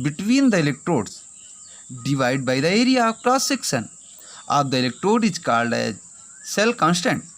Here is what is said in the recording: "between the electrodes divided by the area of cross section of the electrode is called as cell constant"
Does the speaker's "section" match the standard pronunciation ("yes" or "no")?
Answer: no